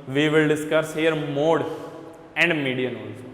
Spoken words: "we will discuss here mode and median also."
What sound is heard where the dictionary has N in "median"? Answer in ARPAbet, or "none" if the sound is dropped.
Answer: N